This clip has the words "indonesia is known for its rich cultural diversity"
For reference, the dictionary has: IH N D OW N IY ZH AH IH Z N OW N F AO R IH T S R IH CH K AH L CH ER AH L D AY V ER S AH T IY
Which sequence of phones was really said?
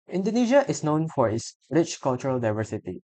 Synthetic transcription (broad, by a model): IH N D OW N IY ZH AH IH S N OW N F AO R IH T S R IH CH K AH L CH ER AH L D AY V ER S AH T IY